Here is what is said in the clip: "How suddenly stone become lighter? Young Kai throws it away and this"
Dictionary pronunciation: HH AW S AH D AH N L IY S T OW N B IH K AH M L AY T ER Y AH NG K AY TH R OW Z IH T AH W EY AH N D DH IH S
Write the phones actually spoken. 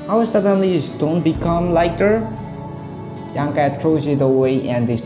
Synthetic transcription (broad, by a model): HH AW S AH D AH N L IY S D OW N B IH K AH M L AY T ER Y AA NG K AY T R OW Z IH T AH W EY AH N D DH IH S